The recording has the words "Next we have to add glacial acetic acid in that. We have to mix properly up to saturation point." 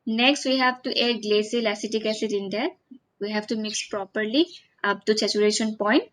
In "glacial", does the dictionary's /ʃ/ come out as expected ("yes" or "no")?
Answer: no